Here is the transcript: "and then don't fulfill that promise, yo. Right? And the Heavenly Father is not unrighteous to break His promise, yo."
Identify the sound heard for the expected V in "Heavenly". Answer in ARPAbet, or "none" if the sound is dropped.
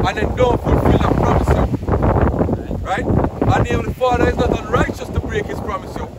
none